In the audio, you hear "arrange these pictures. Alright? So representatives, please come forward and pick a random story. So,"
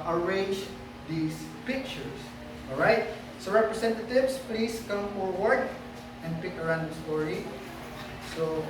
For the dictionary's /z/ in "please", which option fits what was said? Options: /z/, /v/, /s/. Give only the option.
/s/